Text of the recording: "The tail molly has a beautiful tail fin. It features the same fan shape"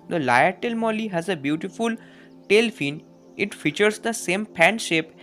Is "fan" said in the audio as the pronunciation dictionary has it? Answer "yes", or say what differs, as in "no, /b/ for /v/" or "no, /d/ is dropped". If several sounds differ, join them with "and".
no, /p/ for /f/